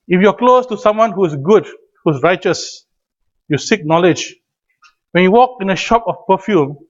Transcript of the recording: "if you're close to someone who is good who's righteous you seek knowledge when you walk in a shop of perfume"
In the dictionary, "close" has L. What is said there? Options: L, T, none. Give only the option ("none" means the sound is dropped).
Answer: L